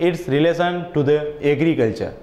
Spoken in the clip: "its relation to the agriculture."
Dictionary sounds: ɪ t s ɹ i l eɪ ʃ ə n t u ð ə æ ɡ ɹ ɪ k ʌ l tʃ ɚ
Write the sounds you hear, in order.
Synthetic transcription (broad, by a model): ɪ t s ɹ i l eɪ s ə n t u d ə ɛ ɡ ɹ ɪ k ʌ l tʃ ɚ